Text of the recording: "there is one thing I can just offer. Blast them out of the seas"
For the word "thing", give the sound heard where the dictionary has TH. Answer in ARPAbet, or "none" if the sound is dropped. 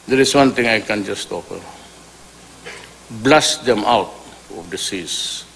T